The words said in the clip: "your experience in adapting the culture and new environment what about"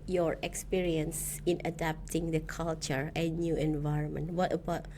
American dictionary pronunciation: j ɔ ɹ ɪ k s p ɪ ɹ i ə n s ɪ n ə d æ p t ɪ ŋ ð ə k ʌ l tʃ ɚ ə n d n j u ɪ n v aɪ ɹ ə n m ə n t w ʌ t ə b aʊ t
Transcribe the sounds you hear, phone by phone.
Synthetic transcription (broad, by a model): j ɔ ɹ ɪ k s p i ɹ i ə n s ɪ n ə d æ p t ɪ ŋ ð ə k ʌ l tʃ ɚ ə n n j u ɪ n v aɪ ɹ ə n m ə n t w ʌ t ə b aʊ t